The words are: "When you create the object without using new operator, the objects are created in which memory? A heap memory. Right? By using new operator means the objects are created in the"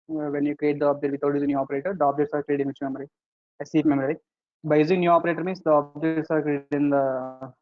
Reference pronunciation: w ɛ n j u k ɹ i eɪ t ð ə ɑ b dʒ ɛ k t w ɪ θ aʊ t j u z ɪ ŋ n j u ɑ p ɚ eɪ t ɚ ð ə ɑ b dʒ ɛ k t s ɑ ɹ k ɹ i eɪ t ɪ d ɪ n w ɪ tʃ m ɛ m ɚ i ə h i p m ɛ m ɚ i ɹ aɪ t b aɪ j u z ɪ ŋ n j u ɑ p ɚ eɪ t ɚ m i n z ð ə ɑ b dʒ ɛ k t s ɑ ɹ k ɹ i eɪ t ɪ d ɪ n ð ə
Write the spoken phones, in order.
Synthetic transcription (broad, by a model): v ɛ n j u k ɹ i eɪ t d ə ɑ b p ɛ t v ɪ t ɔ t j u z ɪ n j u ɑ p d eɪ t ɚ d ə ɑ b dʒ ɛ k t s ɑ ɹ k ɹ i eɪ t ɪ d ɪ n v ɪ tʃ m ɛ m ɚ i ə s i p m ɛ m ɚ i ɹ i b aɪ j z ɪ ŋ n j u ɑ p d eɪ t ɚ m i n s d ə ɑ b dʒ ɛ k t s ɑ ɹ k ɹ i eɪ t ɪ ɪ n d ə